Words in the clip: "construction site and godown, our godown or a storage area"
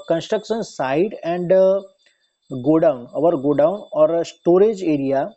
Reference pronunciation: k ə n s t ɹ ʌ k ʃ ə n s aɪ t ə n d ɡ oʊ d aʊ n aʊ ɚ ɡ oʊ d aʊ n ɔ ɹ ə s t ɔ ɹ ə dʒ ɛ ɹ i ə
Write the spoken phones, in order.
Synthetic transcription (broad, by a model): k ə n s t ɹ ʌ k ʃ ə n s aɪ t ə n d ɡ oʊ d aʊ n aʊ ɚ ɡ oʊ d aʊ n ɔ ɹ s t ɔ ɹ ə dʒ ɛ ɹ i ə